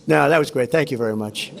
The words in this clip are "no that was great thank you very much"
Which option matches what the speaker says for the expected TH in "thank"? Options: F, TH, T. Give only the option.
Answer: TH